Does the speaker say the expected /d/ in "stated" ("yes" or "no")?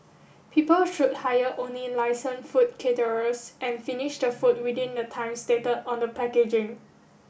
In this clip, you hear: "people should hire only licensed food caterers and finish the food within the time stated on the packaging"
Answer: no